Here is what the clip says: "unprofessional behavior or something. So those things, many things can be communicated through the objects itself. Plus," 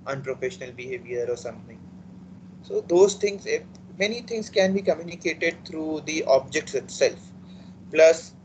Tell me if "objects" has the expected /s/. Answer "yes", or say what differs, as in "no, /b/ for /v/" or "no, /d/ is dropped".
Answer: yes